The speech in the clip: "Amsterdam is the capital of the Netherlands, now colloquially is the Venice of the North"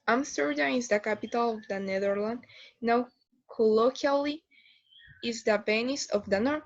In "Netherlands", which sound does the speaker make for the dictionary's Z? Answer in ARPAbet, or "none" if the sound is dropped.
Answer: none